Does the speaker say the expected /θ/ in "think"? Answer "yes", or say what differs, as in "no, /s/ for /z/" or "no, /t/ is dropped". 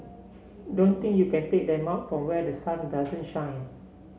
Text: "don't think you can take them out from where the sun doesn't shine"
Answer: no, /t/ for /θ/